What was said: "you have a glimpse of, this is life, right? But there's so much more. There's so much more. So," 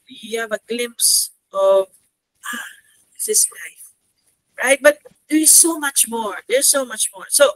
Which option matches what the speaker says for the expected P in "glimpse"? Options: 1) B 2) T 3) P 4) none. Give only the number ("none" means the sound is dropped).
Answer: 3